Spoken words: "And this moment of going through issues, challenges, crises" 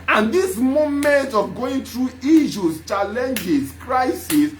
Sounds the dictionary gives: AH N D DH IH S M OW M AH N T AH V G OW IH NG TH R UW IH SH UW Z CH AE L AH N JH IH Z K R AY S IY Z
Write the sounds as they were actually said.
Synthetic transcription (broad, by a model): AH N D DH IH S M OW M AH N T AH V G OW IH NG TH R UW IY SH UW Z CH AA L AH N JH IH S K R AY S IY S